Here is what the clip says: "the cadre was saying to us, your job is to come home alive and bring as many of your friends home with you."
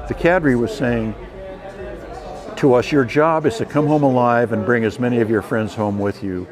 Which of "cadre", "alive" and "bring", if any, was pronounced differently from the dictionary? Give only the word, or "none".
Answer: none